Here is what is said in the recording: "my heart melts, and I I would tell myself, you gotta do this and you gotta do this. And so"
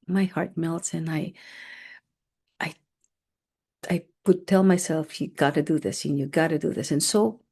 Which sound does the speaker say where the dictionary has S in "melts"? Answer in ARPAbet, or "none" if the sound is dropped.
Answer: S